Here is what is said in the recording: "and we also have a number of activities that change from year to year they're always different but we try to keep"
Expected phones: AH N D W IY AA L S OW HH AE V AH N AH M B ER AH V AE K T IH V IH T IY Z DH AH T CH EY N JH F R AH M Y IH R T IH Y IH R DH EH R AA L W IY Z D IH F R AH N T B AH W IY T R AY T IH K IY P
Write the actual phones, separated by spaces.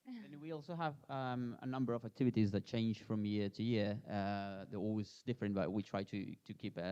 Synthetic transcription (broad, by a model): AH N W IY AA L S OW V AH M AH N AH M B ER AH V AE K T IH V IH T IY Z DH AH T CH EY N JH F R AH M Y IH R T IH Y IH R DH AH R AA L W IY Z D IH F R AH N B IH W IY T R AY T IH K IY P